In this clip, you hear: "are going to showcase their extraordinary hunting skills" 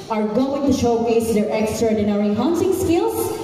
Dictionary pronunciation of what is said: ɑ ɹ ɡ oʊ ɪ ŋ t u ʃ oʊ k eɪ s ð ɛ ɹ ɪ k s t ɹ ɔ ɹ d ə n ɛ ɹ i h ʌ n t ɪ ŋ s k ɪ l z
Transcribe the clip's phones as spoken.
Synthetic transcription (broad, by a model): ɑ ɹ ɡ oʊ ɪ ŋ t u ʃ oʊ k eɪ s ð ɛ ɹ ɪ k s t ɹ ɔ ɹ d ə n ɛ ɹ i h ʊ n s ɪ ŋ s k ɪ l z